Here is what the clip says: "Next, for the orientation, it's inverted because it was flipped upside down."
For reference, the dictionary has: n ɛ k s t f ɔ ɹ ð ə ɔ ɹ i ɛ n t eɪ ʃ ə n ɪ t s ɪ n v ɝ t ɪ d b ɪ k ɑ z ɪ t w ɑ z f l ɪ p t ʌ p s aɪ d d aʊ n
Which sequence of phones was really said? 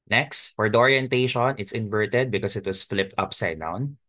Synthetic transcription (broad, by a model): n ɛ k s t f ɔ ɹ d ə ɔ ɹ i ɛ n t eɪ ʃ ə n ɪ t s ɪ n v ɝ t ɪ d b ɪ k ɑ s ɪ t w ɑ s f l ɪ p t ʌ p s aɪ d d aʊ n